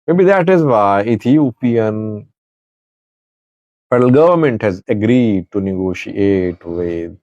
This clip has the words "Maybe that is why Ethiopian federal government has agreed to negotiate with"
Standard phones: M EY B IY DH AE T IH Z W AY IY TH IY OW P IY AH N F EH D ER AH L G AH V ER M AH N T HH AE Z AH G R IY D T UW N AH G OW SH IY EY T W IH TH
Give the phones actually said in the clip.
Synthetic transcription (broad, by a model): M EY B IY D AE T IH Z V AY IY T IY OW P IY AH N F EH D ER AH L G AH V ER M AH N T HH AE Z AH G R IY D T UW N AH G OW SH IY EY T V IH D